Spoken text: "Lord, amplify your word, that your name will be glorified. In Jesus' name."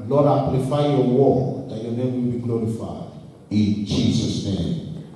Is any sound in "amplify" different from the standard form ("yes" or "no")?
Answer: yes